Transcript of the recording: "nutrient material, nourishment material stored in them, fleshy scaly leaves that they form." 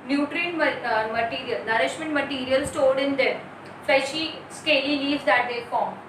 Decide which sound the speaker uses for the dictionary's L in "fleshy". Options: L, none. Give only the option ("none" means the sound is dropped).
none